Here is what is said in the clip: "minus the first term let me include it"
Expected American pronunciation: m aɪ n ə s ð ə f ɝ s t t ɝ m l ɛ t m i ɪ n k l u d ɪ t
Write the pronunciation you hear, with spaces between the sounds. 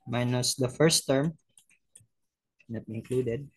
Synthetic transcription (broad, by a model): m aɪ n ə s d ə f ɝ s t t ɝ m n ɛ t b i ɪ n k l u d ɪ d